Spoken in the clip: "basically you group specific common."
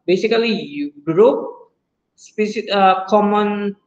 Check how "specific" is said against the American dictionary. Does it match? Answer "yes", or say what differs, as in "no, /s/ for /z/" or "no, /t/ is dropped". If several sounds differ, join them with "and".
no, /f/ is dropped